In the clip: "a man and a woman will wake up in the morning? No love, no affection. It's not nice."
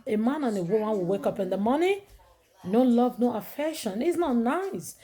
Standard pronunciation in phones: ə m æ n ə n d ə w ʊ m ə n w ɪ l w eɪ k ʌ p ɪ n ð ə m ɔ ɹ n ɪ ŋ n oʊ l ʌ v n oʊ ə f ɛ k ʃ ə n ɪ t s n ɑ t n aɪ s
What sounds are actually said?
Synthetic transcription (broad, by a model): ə m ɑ n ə n ə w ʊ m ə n w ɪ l w eɪ k ʌ p ɪ n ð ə m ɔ n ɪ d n l ʌ v n oʊ ə f ɛ k ʃ ə n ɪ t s n ɑ t n aɪ s